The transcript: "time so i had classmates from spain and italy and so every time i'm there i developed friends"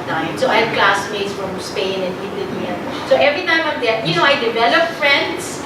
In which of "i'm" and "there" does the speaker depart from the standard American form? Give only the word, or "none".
there